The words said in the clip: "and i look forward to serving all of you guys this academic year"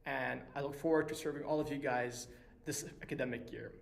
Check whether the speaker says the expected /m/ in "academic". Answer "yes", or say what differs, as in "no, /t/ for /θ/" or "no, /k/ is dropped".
yes